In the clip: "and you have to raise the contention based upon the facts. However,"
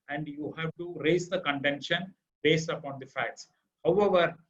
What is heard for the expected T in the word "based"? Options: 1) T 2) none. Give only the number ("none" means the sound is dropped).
1